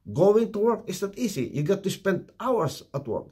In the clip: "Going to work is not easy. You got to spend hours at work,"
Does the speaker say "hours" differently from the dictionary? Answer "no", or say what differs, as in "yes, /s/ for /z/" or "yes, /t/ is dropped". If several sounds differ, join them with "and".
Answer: yes, /s/ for /z/